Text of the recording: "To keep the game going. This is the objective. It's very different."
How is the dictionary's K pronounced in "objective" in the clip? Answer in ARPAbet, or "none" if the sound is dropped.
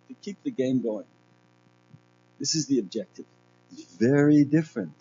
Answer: K